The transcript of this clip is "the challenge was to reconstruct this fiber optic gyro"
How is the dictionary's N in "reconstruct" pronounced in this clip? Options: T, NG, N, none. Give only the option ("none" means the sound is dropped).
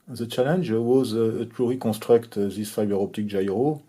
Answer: none